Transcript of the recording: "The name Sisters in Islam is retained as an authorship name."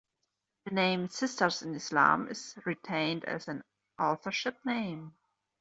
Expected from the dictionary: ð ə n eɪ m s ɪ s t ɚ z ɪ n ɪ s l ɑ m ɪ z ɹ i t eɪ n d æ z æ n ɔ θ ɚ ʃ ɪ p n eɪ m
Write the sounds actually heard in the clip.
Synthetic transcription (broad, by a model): ð ə n eɪ m s ɪ s t ɚ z ɪ n ɪ s l ɑ m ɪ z ɹ i t eɪ n d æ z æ n ɔ θ ɚ ʃ ɪ p n eɪ m